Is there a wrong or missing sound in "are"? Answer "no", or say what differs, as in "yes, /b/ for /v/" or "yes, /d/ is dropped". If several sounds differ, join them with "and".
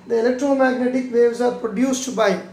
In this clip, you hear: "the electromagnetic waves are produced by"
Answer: no